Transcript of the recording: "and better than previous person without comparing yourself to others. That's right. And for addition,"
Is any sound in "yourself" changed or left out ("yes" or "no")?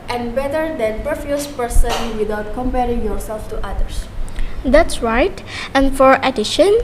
no